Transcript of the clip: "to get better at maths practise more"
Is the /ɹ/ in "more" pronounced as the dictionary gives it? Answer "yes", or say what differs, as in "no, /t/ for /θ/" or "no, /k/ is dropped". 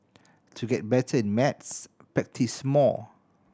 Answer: no, /l/ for /ɹ/